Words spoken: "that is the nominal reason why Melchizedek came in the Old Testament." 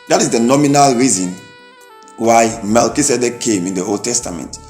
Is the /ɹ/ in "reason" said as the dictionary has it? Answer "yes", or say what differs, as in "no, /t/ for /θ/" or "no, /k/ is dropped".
yes